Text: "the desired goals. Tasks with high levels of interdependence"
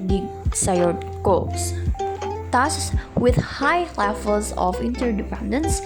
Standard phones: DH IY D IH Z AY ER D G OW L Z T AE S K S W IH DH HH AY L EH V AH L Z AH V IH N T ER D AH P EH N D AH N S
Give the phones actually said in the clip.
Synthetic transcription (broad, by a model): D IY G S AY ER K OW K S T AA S S W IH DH HH AY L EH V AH L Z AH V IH N T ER D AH P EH N D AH N S